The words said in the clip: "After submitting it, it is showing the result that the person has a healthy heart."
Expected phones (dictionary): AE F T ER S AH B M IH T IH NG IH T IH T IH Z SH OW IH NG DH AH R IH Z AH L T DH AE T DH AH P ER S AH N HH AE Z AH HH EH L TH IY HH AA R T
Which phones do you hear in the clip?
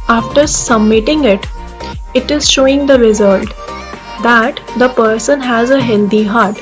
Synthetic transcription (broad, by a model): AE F T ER S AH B M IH T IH NG IH T IH T IH Z SH OW IH NG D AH R IH Z AH L T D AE T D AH P ER S AH N HH AE Z AH HH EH L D IY HH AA R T